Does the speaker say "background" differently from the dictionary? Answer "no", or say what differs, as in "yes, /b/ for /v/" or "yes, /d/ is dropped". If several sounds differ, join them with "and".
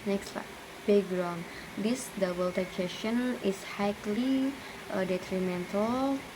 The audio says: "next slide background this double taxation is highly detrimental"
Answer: yes, /k/ is dropped